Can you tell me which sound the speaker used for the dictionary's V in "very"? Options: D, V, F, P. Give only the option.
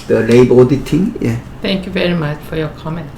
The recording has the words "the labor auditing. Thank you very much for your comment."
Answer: V